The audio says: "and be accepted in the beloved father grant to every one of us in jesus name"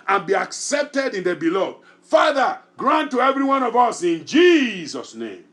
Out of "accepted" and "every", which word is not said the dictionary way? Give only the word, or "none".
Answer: none